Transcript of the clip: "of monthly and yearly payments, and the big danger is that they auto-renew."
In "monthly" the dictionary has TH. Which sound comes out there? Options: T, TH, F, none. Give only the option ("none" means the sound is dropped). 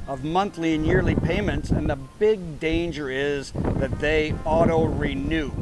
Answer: TH